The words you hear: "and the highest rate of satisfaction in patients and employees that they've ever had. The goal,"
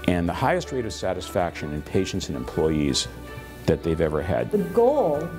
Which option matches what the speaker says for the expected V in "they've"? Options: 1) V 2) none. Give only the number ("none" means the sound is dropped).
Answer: 1